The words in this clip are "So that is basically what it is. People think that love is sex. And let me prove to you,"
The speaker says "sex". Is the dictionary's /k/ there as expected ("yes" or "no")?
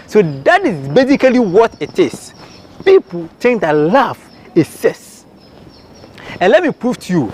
no